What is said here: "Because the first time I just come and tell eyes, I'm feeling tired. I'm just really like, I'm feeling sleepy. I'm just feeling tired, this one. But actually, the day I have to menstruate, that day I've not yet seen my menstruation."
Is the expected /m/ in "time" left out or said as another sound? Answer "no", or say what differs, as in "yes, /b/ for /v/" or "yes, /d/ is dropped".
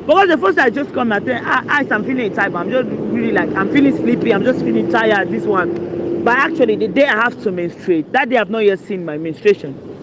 yes, /m/ is dropped